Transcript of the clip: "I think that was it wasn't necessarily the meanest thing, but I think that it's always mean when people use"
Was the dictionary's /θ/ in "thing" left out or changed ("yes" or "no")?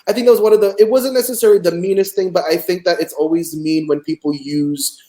no